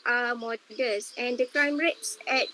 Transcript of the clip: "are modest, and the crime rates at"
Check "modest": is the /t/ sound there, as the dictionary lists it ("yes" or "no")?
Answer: no